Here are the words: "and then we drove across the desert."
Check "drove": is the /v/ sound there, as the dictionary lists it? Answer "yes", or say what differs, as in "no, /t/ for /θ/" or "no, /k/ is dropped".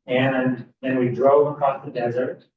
yes